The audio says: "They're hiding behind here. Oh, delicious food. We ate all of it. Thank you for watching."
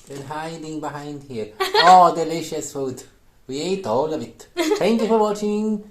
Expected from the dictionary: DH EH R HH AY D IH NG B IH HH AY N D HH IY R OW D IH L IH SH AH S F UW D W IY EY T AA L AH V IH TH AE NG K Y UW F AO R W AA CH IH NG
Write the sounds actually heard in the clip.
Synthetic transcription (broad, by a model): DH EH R HH AY D IH NG B IH HH AY N D HH IY R OW D IH L IH SH AH S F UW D W IY EY T AA L AH V IH T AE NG K Y UW F AO R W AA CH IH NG